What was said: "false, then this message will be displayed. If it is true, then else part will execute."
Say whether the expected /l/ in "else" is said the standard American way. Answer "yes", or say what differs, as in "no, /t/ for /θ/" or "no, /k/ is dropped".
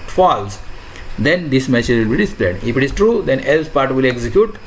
yes